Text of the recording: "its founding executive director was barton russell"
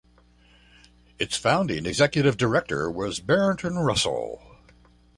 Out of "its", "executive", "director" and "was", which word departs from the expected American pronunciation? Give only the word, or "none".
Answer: none